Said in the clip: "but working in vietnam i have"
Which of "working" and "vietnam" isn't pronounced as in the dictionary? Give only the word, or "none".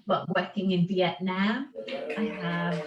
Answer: vietnam